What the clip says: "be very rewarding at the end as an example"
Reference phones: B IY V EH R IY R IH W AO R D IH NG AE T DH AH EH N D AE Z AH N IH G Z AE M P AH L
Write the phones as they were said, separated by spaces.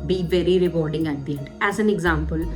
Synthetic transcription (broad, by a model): B IY V EH R IY R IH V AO R D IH NG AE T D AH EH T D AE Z AH N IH G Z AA M P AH L